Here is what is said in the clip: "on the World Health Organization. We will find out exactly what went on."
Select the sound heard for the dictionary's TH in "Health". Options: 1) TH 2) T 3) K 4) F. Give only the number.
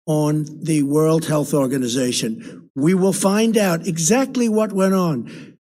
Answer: 1